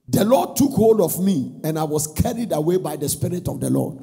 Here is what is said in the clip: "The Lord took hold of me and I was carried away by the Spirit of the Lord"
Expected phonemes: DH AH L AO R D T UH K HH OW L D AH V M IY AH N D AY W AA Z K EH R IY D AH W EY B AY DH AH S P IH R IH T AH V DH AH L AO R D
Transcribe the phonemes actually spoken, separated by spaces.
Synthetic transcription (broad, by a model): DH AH L AO D T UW K HH OW L D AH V M IY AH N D AY W AA S K EH R IY D AH W EY B AY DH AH S P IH R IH T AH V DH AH L AO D